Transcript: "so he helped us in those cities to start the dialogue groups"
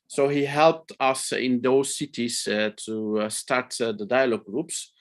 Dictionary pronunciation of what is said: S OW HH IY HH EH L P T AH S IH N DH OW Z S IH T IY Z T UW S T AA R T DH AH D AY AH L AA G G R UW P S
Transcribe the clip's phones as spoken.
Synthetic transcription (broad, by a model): S OW HH IY HH EH L P T AH S IH N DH OW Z S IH T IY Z T UW S T AA R T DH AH D AY AH L AA G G R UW P S